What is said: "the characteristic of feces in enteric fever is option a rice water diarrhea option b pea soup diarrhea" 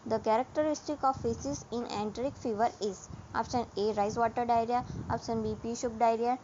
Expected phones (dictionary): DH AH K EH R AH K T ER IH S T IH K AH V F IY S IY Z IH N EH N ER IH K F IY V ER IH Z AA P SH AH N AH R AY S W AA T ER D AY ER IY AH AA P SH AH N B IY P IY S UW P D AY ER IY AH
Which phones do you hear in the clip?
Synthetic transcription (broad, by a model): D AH K EH R AH K T ER IH S T IH K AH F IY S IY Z IH N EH N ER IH K F IY V ER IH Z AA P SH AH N AH R AY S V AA T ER D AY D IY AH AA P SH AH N B IY P IY SH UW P D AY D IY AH